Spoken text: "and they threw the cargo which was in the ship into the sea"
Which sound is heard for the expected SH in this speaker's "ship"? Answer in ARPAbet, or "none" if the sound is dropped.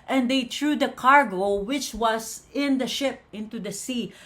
SH